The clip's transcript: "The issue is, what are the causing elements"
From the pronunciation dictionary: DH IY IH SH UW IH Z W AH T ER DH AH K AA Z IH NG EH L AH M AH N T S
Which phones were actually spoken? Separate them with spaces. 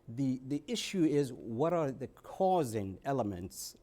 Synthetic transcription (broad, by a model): DH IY IH SH UW IH Z W AH T ER DH AH K AA Z IH NG EH L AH M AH N T S